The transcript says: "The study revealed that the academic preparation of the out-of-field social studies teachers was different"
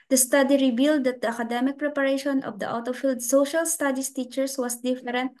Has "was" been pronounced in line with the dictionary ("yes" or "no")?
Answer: no